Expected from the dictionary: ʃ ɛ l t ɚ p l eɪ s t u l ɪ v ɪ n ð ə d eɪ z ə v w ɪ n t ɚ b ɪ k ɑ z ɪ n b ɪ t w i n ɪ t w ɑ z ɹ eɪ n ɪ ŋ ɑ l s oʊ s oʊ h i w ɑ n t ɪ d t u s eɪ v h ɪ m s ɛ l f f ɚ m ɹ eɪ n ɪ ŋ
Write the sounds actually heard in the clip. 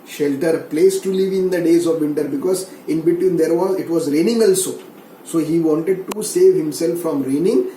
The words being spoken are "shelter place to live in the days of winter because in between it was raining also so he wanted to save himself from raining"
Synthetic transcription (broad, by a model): ʃ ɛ l t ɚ p l eɪ s t u l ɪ v ɪ n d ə d eɪ z ə v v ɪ n t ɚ b ɪ k ɑ z ɪ n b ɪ t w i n ɪ t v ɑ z ɹ eɪ n ɪ ŋ ɑ l s oʊ s oʊ h i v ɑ n t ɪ d t u s eɪ v h ɪ m s ɛ l f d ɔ m ɹ eɪ n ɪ ŋ